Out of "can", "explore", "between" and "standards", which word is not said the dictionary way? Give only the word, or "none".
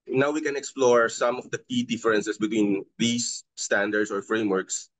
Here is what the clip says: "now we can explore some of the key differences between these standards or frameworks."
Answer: standards